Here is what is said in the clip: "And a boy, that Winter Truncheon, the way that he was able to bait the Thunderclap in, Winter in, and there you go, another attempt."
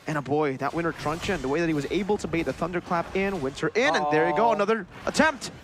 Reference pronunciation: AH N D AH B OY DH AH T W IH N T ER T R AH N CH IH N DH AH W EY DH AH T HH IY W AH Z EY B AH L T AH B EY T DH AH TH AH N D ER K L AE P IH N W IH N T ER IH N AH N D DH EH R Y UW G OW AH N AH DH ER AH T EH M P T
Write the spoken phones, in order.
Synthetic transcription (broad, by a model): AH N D AH B OY DH AH T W IH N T ER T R AH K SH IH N DH AH W EY DH AH T HH IY W AH Z EY B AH L T AH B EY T DH AH TH AH N D ER K L AE P IH N W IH N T ER IH N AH N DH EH R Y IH G OW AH N AH DH ER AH T EH M P T